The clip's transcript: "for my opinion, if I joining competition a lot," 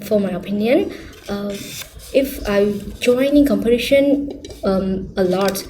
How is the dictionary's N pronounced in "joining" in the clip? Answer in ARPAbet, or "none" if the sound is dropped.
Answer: N